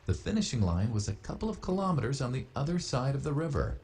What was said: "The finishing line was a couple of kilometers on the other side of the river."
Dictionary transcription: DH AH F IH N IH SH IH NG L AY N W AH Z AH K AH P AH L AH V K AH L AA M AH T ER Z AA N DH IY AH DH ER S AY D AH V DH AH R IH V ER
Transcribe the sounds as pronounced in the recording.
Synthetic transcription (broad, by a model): DH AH F IH N IH SH IH NG L AY N W AH Z AH K AH P L AH V K AH L AA M AH T ER Z N DH IY AH DH ER S AY D AH V DH AH R IH V ER